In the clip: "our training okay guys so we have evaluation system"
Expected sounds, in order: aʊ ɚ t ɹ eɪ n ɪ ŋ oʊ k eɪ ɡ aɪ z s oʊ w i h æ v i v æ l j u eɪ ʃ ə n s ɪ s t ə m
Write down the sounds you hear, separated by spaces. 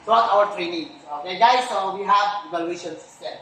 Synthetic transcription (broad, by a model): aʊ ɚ t ɹ eɪ n ɪ ŋ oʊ eɪ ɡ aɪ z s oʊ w i h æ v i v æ l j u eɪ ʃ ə n s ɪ s t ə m